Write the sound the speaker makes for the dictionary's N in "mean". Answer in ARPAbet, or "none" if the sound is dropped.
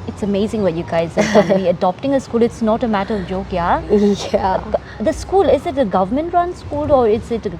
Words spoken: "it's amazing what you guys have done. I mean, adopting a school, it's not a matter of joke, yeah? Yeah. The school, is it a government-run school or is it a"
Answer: none